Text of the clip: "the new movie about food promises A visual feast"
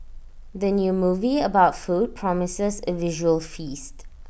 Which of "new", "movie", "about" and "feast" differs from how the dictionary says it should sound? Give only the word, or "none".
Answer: none